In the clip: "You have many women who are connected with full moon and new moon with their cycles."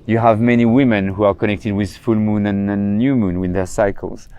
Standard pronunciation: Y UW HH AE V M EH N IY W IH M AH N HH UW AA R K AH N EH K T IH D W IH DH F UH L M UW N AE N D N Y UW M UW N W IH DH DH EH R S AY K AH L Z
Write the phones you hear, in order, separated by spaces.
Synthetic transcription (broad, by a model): Y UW HH AE V M EH N IY W IH M AH N HH UW AA R K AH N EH K T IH D W IH DH F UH L M UW N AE N N Y UW M UW N W IH DH DH EH R S AY K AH L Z